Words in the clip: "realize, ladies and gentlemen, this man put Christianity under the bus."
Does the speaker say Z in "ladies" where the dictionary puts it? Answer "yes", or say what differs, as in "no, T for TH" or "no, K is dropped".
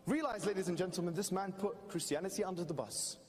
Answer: yes